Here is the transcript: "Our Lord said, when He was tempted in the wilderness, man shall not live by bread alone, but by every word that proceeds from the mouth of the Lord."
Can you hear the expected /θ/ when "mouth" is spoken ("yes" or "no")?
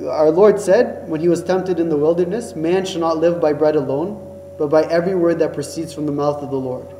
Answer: yes